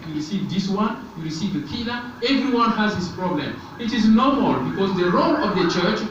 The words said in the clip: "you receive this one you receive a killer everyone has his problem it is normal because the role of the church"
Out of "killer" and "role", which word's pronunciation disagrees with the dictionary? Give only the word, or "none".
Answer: killer